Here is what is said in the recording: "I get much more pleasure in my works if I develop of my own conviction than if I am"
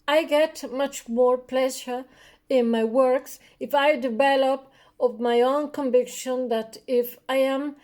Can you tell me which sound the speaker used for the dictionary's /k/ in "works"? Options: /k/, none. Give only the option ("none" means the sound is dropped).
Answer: /k/